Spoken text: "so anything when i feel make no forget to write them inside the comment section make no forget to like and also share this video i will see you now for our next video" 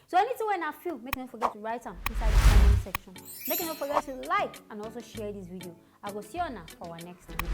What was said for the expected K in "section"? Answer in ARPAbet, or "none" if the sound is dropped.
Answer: K